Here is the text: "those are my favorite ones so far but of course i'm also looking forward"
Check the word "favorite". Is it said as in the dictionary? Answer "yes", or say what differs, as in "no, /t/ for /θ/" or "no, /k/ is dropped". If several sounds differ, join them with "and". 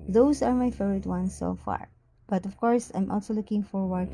no, /v/ is dropped